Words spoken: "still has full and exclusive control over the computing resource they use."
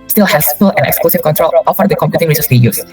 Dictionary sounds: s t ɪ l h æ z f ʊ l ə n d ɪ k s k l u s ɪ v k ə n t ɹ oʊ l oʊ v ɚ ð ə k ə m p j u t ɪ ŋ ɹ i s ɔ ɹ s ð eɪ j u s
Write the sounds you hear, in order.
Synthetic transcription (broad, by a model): s t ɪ l h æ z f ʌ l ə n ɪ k s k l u s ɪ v k ə n t ɹ oʊ l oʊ f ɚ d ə k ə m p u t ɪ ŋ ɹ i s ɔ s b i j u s